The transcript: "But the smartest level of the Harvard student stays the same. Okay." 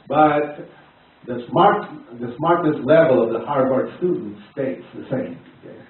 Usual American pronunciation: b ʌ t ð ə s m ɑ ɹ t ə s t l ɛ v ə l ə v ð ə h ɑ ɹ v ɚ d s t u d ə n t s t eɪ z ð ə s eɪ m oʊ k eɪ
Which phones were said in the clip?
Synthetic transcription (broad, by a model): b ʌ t ð ə s m ɑ ɹ t ə s t l ɛ v ə l ə v ð ə h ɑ ɹ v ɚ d s t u d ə n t s t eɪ s ð ə s eɪ m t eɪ